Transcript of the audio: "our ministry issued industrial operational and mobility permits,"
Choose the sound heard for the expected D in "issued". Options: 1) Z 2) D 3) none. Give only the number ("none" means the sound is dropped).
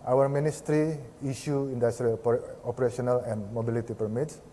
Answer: 3